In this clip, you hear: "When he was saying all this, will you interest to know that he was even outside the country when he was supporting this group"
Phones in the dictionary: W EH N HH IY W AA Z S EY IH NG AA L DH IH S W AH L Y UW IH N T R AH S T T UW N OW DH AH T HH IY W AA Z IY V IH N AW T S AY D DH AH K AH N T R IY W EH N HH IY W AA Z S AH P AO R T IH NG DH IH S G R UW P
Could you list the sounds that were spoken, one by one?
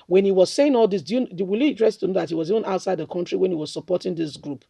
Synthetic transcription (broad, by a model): W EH N HH IY W AA Z S EY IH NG AA L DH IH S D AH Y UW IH L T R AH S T T UW N OW DH AH T HH IY W AA Z IY V IH N AW T S AY D DH AH K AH N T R IY W EH N HH IY W AA Z S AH P AO T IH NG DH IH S G R UW P